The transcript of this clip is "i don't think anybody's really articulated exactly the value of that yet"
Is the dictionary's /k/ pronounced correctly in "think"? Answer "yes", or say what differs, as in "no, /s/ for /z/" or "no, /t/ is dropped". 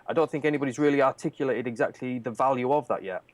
yes